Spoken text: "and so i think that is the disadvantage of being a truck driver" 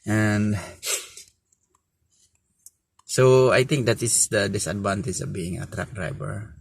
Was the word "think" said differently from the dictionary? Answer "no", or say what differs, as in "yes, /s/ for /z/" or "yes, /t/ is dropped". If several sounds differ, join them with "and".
yes, /t/ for /θ/